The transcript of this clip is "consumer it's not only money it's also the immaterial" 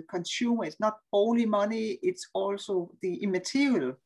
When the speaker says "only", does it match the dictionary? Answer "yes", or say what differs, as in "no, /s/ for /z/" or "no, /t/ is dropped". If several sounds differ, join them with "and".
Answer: no, /n/ is dropped